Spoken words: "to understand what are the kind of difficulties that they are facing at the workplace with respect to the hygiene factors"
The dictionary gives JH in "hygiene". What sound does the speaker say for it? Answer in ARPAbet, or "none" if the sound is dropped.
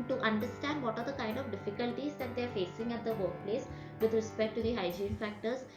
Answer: JH